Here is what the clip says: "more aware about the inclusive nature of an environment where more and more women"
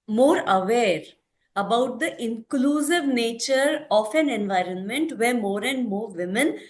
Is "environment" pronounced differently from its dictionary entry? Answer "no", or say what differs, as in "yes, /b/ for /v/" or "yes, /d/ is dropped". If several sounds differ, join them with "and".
no